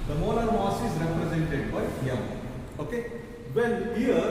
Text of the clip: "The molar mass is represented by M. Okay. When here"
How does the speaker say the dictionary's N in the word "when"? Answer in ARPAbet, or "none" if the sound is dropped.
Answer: L